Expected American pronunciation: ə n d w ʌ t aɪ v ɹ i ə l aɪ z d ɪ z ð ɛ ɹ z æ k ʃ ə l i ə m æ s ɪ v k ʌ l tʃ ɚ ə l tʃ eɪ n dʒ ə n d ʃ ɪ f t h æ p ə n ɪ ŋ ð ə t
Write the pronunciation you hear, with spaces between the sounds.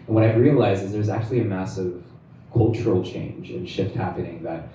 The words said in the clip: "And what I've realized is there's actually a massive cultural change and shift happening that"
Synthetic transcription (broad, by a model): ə n w ʌ t aɪ ɹ i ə l aɪ z ɪ z ð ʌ ɹ z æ k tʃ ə l i ə m æ s ɪ v k ʌ l tʃ ɚ l tʃ eɪ n dʒ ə n ʃ ɪ f t h æ p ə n ɪ ŋ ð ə t